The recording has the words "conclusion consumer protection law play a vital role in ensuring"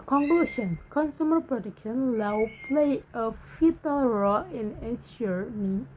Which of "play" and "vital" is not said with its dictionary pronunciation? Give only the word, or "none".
vital